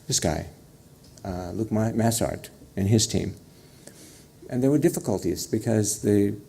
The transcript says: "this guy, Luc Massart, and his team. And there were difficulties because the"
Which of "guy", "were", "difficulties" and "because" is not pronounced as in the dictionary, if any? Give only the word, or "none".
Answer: none